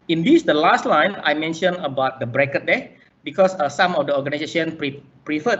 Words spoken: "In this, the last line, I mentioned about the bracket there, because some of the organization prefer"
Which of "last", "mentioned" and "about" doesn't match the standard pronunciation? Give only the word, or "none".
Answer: mentioned